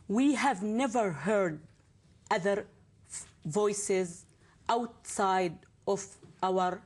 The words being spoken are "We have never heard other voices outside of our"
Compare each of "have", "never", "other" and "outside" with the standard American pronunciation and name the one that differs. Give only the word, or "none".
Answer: none